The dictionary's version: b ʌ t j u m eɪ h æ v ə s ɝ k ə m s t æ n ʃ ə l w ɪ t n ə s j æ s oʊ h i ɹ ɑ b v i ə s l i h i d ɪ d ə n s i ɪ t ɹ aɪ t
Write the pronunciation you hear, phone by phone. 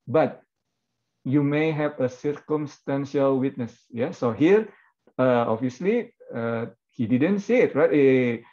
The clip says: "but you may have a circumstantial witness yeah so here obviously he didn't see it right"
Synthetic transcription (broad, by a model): b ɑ t j u m eɪ h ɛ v ə s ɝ k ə m s t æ n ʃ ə l w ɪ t n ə s j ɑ s oʊ h i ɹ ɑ v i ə s l i h i d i d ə n s i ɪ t ɹ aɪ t